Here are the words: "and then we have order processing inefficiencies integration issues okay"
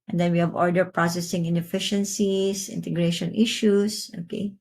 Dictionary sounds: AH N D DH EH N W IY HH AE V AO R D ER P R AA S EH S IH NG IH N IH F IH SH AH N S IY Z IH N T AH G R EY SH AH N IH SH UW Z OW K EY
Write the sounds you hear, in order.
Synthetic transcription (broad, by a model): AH N D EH N W IY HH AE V AO R D ER P R AA S EH S IH NG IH N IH F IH SH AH N S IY S IH N T AH G R EY SH AH N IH SH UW S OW K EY